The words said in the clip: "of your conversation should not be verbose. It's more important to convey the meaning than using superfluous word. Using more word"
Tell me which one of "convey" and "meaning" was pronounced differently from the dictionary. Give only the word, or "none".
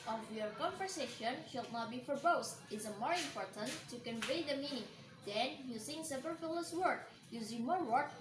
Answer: none